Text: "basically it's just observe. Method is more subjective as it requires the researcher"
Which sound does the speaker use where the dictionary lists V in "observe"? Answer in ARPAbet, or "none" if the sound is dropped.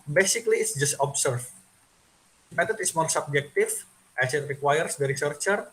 F